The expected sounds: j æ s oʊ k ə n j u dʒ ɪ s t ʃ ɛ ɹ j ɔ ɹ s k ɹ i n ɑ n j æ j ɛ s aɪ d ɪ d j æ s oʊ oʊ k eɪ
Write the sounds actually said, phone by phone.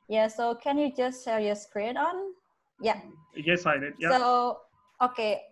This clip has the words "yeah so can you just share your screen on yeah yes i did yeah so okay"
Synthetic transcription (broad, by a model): j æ s oʊ k ə n j u dʒ ɪ s t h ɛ l j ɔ s k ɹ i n ɑ n j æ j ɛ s aɪ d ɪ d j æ s oʊ oʊ k eɪ